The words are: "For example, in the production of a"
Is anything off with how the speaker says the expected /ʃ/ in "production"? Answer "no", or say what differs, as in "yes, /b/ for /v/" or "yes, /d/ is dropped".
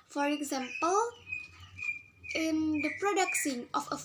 yes, /s/ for /ʃ/